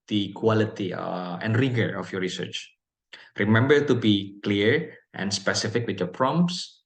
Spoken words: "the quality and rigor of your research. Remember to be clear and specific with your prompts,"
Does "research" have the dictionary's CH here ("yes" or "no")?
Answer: yes